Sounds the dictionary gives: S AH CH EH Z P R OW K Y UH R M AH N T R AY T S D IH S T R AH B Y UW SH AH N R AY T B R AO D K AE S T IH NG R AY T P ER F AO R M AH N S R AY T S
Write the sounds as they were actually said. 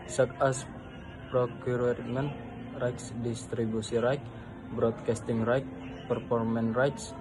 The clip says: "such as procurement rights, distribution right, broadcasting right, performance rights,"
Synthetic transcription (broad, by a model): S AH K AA S P R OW K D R M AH N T R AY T S D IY S T R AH B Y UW S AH R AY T B R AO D K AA S T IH NG R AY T P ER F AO R M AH N R AY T S